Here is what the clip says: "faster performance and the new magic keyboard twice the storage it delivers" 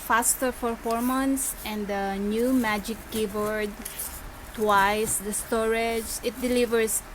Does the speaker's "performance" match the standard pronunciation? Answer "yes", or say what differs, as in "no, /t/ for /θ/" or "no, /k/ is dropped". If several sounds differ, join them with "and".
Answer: no, /f/ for /p/